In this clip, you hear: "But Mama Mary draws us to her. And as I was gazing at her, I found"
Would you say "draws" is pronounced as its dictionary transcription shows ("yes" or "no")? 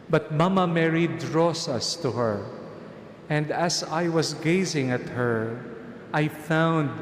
no